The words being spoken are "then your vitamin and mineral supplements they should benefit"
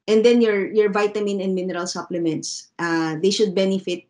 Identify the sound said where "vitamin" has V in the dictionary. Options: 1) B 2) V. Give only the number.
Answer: 2